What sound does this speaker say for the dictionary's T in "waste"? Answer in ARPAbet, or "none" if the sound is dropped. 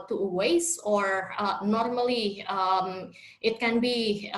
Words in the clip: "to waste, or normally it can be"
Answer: none